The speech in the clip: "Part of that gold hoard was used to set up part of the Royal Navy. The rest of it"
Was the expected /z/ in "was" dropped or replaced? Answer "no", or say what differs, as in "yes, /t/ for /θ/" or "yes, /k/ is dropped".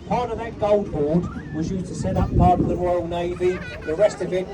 no